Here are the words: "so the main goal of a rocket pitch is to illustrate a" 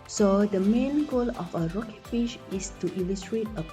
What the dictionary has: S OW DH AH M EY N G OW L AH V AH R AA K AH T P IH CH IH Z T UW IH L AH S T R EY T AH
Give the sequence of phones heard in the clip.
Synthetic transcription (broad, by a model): S OW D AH M EY N G OW L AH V AH R AA K AH T F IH SH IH S T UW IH L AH S T R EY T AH